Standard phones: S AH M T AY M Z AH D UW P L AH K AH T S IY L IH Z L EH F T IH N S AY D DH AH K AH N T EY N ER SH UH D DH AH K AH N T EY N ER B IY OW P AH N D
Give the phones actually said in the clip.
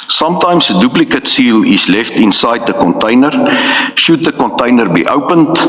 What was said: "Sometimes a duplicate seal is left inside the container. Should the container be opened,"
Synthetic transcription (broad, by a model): S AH M T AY M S AH D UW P L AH K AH T S IY L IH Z L EH F T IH N S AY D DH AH K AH N T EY N ER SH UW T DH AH K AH N T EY N ER B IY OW P AH N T